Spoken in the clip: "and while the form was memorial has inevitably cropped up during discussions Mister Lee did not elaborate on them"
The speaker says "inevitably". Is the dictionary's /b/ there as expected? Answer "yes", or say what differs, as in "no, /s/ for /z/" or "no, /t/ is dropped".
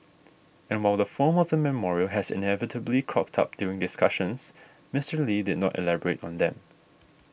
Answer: yes